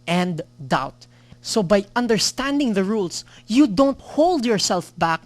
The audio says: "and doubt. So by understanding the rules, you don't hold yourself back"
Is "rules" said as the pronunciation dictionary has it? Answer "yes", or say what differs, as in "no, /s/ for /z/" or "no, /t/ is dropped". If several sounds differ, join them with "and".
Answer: no, /s/ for /z/